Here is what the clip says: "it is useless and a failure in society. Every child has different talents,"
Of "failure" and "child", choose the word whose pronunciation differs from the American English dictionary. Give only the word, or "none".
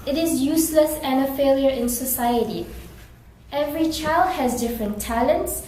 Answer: none